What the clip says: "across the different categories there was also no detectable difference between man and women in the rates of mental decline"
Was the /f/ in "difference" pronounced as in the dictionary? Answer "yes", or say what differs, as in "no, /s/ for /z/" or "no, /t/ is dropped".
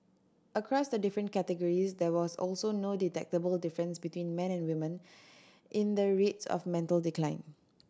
yes